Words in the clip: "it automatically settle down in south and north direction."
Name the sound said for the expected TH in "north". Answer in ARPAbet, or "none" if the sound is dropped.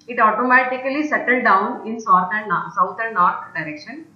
T